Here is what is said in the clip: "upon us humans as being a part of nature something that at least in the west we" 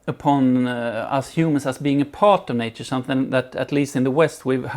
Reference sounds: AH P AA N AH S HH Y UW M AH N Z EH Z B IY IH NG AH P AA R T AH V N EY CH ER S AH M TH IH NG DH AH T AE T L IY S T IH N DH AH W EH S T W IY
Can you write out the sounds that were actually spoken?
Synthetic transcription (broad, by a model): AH P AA N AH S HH Y UW M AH N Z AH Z B IY IH NG AH P AA R T AH V N EY CH ER S AH M TH IH NG DH AH T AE T L IY S T IH N DH AH W EH S T W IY